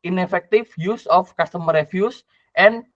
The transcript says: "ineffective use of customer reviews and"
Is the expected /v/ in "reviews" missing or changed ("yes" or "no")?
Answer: yes